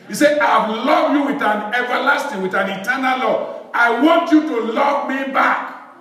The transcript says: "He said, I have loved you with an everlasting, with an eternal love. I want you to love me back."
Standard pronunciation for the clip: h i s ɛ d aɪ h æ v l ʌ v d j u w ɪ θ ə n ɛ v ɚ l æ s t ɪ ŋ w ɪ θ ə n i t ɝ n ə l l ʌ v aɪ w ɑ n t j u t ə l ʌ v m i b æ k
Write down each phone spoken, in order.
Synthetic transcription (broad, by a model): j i s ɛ aɪ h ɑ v l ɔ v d j u w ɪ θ ə n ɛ v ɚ l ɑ s t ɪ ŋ w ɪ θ ə n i t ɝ n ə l l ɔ aɪ w ɑ n t j u t ə l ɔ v m i b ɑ k